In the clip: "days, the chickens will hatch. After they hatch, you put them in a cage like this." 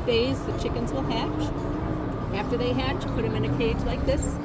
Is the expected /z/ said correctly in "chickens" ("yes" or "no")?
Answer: yes